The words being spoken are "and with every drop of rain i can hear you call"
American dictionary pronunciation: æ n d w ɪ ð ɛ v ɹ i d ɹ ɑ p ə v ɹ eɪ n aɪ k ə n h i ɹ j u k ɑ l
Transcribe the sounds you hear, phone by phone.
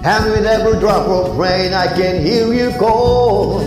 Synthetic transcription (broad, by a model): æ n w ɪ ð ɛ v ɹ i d ɹ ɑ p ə p ɹ eɪ n aɪ k ə n h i l j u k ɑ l